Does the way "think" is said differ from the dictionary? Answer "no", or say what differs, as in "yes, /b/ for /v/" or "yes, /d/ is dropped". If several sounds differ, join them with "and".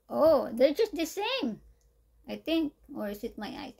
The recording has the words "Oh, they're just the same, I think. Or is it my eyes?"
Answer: yes, /t/ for /θ/